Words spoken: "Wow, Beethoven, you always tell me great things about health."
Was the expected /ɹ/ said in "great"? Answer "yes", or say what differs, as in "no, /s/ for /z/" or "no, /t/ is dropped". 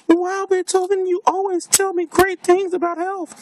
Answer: yes